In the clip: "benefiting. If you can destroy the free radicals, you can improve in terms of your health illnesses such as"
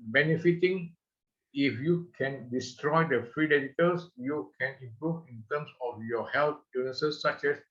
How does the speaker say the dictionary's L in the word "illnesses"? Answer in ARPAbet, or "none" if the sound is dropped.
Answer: none